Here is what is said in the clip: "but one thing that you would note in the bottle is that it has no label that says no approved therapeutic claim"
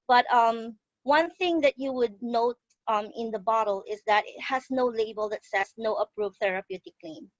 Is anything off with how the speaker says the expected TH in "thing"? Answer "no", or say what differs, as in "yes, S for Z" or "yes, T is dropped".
no